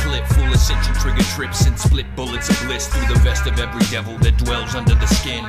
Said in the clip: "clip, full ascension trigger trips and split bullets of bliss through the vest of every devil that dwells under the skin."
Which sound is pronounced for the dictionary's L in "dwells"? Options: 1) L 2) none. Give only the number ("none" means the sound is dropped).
1